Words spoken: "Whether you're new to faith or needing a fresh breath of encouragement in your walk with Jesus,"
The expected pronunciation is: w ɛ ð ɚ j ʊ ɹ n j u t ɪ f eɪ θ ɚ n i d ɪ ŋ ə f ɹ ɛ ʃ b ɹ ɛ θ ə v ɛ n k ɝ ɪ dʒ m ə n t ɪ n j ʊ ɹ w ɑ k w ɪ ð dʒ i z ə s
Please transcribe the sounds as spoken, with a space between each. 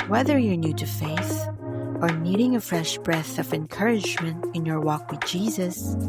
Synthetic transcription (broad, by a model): w ɛ ð ɚ j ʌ ɹ n j u t ɪ f eɪ θ ɚ n i d ɪ ŋ ə f ɹ ɛ ʃ b ɹ ɛ θ ə v ɛ n k ɝ ɪ dʒ m ə n t ɪ n j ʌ ɹ w ɑ k w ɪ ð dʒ i z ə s